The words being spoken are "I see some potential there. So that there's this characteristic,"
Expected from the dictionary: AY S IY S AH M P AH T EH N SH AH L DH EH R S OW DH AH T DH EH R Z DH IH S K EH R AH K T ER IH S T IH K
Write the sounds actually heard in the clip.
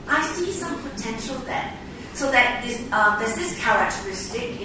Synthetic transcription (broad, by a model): AY S IY S AH M P AH T EH N SH AH L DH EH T S OW DH AH T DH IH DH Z DH IH S K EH R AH K T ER IH S T IH K